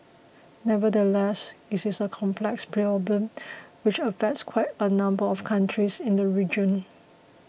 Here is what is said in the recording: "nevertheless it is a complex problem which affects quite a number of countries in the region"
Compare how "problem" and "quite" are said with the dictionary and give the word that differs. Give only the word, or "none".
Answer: problem